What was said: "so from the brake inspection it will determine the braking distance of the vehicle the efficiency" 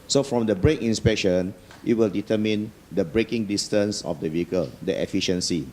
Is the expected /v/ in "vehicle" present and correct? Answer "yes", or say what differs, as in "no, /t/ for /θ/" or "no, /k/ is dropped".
yes